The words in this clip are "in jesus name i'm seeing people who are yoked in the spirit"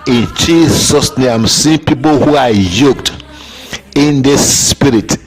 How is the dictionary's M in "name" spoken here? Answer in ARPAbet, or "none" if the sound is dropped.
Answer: none